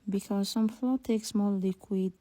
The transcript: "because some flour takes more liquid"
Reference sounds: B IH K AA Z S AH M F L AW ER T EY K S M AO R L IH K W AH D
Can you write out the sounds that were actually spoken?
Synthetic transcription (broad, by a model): B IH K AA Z S AH M F L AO T EY K S M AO L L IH K W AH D